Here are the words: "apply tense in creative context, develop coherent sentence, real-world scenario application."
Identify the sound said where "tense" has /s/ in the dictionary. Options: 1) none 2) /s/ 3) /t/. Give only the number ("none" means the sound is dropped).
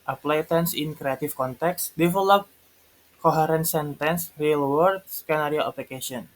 2